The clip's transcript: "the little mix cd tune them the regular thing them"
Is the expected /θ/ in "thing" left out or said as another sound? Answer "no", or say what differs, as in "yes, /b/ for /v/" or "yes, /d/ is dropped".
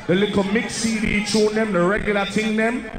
yes, /t/ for /θ/